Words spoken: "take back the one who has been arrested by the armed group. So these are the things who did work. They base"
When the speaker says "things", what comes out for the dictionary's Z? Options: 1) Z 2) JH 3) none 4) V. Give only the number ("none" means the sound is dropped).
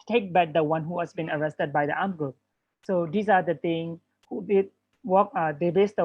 3